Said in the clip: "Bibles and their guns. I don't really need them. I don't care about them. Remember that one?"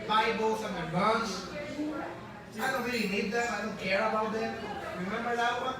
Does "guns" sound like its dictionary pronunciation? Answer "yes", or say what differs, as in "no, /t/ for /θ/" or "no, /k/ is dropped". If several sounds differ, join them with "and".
no, /s/ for /z/